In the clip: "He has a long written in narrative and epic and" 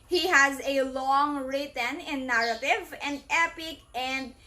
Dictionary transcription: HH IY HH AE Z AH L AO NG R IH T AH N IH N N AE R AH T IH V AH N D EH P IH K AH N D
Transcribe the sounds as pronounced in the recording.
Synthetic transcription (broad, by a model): HH IY HH AE Z AH L AO NG R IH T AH N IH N N AE R AH T IH V AH N D EH P IH K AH N D